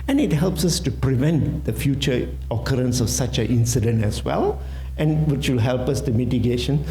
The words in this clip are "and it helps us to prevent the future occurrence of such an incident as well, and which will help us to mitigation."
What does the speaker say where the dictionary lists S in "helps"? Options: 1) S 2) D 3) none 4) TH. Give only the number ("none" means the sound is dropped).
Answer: 1